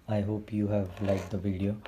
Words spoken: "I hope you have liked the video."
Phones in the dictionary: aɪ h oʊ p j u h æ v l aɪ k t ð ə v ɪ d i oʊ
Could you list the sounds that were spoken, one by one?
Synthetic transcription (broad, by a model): aɪ h oʊ p j u h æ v l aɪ t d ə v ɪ d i oʊ